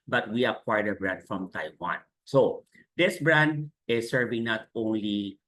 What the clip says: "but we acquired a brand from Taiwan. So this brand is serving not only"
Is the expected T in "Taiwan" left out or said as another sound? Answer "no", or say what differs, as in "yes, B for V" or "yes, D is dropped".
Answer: no